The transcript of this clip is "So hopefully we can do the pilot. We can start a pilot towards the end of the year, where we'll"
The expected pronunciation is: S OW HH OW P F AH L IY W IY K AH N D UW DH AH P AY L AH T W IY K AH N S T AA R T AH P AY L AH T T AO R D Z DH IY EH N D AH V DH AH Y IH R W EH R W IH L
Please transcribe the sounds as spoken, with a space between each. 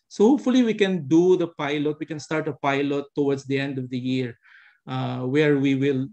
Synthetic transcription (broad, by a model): S OW HH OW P F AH L IY W IY K AH N D UW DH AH P AY L AH T W IY K AH N S T AA R T AH P AY L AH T T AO W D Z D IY EH N D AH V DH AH Y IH R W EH R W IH L